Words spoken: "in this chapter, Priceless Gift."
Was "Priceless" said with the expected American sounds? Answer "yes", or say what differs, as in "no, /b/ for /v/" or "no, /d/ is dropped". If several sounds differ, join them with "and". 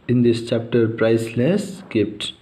yes